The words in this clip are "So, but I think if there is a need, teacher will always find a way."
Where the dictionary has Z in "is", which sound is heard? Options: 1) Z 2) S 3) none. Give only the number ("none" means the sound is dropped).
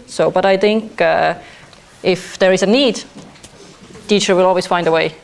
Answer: 1